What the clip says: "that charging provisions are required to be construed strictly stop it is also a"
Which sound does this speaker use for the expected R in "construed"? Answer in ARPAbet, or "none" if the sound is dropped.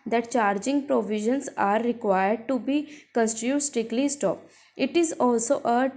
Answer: none